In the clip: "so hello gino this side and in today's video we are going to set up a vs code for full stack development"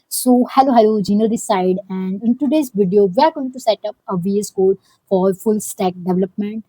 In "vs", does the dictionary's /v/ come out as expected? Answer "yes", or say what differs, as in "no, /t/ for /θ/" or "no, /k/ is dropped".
yes